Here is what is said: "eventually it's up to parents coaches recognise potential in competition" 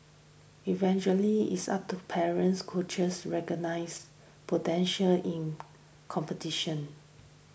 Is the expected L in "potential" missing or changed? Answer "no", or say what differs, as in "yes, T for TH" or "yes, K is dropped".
no